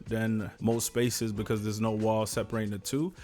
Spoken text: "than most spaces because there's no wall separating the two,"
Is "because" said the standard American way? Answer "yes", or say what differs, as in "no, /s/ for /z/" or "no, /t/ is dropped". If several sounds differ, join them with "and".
yes